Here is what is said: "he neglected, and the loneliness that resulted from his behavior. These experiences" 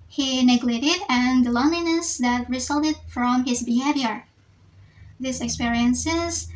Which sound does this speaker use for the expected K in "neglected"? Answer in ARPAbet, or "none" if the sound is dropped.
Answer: none